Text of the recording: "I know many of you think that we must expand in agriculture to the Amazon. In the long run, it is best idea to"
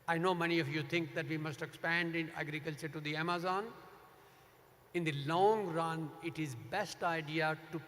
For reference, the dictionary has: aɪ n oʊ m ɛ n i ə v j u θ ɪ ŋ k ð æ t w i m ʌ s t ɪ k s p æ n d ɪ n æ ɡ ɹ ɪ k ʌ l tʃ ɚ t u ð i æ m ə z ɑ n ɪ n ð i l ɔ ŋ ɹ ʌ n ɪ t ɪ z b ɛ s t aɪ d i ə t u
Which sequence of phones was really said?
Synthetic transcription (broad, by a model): aɪ n oʊ m ɛ n i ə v j u t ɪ ŋ k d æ t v i m ʌ s t ɪ k s p æ n d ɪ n æ ɡ ɹ ɪ k ʌ l tʃ ɚ t u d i æ m ə z ɑ n ɪ n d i l ɔ ŋ ɹ ʌ n ɪ t ɪ z b ɛ s t aɪ d i ə t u